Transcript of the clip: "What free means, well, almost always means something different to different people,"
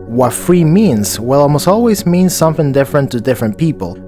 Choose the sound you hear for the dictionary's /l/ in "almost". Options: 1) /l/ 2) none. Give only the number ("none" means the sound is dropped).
2